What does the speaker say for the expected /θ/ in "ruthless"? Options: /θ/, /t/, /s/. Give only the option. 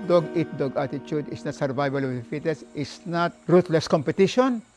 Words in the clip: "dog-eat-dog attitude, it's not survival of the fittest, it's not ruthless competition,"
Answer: /t/